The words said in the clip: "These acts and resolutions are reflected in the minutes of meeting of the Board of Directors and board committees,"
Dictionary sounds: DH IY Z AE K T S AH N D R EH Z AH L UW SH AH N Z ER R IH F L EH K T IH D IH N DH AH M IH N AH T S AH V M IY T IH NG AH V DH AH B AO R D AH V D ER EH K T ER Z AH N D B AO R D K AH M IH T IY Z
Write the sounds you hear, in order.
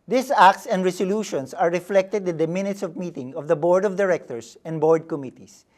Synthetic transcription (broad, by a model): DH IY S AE K T S AH N D R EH S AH L UW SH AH N S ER R IH F L EH K T IH D IH N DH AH M IH N AH T S AH V M IY T IH NG AH V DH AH B AO R D AH V D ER EH K T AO S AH N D B AO R D K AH M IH T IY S